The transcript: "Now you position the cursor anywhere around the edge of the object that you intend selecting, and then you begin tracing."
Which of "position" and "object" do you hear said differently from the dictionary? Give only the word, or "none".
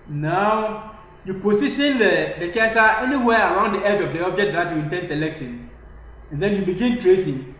position